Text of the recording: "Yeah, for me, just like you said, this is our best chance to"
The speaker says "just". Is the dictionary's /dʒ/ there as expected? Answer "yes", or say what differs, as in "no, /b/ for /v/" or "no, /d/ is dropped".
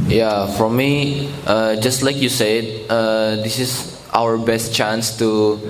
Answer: yes